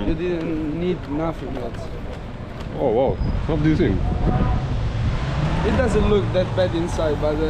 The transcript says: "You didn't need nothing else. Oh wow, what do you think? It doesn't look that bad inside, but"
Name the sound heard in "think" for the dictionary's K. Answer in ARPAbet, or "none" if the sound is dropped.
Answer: none